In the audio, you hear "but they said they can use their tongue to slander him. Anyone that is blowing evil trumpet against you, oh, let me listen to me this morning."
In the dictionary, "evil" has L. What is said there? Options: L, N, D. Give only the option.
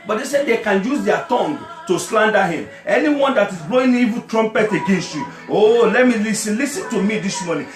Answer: N